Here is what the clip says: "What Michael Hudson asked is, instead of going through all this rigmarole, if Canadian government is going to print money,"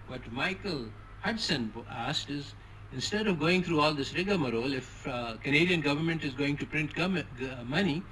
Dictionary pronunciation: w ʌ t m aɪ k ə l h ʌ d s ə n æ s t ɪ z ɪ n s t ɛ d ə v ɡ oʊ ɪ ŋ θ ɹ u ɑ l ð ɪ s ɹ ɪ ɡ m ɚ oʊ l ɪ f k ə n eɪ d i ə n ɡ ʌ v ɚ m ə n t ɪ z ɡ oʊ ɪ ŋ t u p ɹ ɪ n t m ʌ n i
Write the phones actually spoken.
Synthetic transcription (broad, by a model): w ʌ t m aɪ k ə l h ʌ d s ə n æ s t ɪ z ɪ n s t ɛ d ə v ɡ oʊ ɪ ŋ t ɹ u ɑ l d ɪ s ɹ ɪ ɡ m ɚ oʊ l ɪ f k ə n eɪ d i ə n ɡ ʌ v ɚ m ə n t ɪ z ɡ oʊ ɪ ŋ t u p ɹ ɪ n t m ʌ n i